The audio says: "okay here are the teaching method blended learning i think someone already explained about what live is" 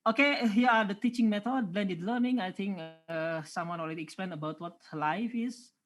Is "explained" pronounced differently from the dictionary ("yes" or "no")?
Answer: yes